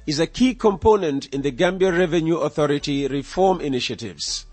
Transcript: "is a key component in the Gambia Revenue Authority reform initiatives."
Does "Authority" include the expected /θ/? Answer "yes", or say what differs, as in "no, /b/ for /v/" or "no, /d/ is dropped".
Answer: yes